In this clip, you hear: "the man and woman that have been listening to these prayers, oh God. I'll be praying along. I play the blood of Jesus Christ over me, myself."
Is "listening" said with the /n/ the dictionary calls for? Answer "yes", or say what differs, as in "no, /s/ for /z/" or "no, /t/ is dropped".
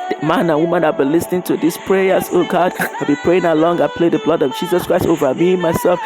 yes